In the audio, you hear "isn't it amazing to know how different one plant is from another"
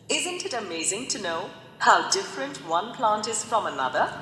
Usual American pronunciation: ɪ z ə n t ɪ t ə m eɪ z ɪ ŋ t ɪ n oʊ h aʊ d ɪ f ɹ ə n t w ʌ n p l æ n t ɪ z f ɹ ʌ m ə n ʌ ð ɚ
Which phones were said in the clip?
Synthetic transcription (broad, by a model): ɪ z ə n t ɪ t ə m eɪ z ɪ ŋ t ɪ n oʊ h aʊ d ɪ f ɹ ə n t w ʌ n p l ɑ n t ɪ z f ɹ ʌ m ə n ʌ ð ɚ